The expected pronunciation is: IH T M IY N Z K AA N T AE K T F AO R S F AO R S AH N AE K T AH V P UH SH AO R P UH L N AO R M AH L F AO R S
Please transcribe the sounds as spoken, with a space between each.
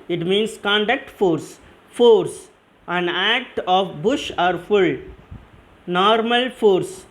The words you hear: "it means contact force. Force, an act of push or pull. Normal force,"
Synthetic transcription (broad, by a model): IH T M IY N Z K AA N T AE K T F AO R S F AO R S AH N AE K T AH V B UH SH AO R F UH L N AO R M AH L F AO R S